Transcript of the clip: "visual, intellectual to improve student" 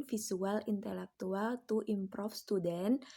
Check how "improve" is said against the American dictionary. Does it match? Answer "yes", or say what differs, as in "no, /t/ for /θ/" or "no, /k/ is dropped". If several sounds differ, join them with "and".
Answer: no, /f/ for /v/